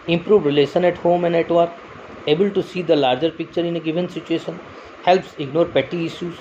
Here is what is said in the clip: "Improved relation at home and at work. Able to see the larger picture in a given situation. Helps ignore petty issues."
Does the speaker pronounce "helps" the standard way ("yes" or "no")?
yes